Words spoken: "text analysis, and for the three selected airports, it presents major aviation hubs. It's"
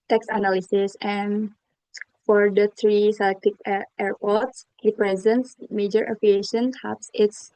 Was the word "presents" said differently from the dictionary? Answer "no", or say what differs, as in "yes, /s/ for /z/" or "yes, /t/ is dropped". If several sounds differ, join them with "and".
no